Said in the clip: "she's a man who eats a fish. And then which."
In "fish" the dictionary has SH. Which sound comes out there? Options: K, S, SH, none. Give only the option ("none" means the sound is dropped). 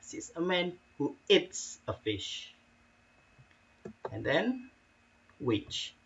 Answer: SH